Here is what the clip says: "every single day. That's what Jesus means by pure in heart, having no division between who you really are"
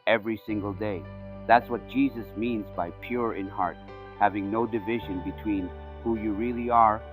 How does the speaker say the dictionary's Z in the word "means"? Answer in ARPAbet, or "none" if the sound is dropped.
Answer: Z